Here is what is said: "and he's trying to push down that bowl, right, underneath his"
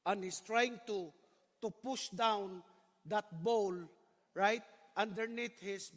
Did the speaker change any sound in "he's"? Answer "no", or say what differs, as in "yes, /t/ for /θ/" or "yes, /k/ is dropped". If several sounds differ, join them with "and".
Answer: yes, /s/ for /z/